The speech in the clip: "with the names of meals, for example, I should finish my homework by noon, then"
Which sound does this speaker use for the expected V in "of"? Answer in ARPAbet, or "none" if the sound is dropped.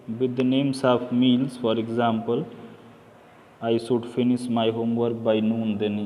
P